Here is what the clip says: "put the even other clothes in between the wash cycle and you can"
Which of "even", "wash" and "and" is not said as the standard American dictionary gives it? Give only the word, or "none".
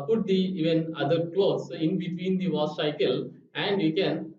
wash